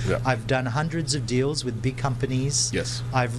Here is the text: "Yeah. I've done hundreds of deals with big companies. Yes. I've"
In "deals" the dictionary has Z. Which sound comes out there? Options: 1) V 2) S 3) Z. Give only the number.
3